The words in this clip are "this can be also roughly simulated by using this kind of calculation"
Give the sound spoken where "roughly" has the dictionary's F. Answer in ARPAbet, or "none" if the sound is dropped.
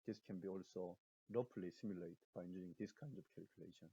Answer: P